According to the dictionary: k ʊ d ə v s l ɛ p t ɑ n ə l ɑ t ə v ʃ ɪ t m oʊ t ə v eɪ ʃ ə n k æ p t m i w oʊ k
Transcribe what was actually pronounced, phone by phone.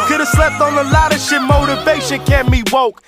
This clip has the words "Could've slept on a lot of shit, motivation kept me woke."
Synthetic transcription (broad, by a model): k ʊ d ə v s l ɛ p t n ə l ɑ t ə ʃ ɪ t m oʊ t ə v eɪ ʃ ə n k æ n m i w oʊ k